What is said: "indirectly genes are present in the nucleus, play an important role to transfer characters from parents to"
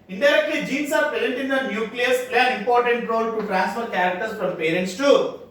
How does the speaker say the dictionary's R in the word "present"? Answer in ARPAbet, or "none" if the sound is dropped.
none